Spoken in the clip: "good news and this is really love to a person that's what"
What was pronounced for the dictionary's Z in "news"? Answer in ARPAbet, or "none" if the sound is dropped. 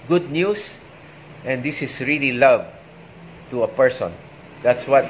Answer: S